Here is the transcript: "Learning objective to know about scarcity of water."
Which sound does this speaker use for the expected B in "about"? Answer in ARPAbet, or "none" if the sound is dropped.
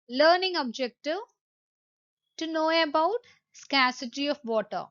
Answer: B